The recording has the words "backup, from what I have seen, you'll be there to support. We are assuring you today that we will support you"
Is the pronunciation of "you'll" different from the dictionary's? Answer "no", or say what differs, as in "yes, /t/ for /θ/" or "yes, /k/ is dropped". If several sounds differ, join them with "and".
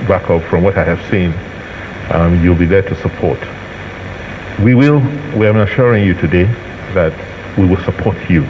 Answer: no